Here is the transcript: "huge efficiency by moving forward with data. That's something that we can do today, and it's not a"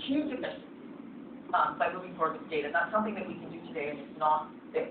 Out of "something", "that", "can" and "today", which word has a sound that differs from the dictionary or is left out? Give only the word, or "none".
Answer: none